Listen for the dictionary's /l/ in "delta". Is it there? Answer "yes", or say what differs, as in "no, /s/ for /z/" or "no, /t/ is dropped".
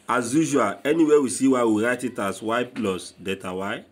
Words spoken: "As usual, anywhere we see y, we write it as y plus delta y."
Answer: no, /l/ is dropped